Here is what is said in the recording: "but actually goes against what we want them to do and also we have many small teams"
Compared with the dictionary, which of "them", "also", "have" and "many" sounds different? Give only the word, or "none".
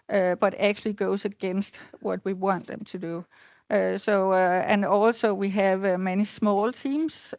none